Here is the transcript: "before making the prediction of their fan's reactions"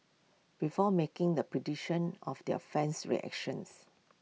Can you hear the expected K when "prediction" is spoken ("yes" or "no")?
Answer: no